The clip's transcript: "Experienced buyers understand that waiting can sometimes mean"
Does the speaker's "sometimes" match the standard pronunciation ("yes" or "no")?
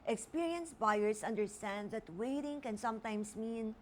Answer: no